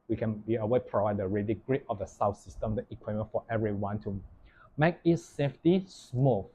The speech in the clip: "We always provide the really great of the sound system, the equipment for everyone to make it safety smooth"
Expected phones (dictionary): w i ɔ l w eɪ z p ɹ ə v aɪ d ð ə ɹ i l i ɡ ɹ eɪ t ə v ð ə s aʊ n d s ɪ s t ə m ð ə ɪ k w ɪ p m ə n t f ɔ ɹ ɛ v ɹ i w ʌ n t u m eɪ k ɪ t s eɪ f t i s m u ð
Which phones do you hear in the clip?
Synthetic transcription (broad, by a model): w i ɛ n w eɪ p ɹ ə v aɪ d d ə ɹ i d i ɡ ɹ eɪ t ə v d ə s aʊ s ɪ s t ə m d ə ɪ k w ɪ m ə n f ɔ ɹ ɛ v ɹ i w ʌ n t u m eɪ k ɪ t s eɪ f t i s m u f